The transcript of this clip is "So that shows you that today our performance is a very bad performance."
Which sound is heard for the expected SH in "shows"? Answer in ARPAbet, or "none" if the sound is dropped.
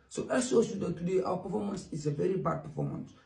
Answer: S